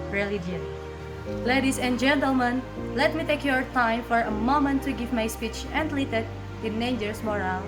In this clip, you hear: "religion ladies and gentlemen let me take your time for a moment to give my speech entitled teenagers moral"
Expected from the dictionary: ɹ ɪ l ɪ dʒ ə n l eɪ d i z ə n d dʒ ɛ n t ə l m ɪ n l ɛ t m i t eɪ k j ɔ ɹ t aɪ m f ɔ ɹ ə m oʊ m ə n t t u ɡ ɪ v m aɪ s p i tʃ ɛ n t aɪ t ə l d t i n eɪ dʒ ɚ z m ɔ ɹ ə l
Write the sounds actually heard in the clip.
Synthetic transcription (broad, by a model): ɹ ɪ l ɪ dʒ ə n l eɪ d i s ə n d dʒ ɛ n t ə l m ɪ n l ɛ t m i t eɪ k j ɔ ɹ t aɪ m f ɔ ɹ ə m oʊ m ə n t t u ɡ ɪ v m aɪ s p i tʃ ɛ n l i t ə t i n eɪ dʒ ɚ s m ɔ ɹ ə l